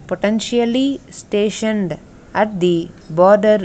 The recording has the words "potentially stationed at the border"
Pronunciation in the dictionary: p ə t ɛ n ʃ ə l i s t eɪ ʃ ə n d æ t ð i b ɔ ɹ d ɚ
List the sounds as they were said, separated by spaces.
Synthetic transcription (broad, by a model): p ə t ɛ n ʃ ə l i s t eɪ ʃ ə n d æ t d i b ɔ ɹ d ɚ